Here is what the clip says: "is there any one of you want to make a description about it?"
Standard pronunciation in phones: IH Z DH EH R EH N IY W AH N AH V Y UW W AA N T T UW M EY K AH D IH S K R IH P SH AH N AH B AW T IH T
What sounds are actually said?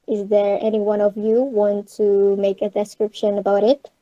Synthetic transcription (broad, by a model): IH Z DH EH R EH N IY W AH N AH V Y UW W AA N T T UW M EY K AH D IH S K R IH P SH AH N AH B AW T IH T